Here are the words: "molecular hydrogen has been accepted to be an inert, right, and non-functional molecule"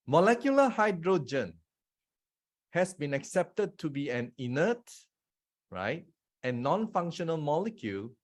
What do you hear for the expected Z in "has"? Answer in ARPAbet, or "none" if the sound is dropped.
S